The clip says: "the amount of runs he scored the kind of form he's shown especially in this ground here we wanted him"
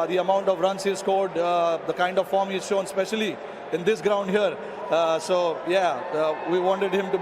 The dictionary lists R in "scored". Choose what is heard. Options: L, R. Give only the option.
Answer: L